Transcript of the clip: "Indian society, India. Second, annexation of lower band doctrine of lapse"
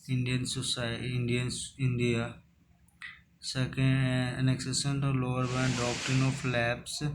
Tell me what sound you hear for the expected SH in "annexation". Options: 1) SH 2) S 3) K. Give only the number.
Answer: 2